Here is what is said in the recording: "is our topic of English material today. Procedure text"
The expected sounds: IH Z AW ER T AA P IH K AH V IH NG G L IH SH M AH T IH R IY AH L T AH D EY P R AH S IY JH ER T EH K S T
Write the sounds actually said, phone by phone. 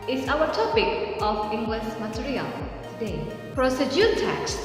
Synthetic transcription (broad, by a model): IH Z AW ER T AA P IH K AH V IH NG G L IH S M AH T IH R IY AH L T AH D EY P R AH S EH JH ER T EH K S